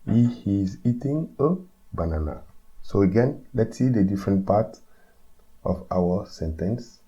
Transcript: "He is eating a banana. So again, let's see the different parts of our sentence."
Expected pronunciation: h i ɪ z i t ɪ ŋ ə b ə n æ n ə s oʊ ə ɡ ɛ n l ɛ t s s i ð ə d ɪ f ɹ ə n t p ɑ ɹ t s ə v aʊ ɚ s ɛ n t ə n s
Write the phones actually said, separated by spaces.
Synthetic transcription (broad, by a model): h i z i t ɪ ŋ ə b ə n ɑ n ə s oʊ ə ɡ ɛ n l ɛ t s s i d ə d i f ɹ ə n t p ɑ t ə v aʊ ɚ s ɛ n t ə n s